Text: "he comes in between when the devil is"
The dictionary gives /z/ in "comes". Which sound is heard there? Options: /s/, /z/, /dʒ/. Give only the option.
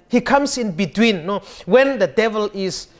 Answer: /s/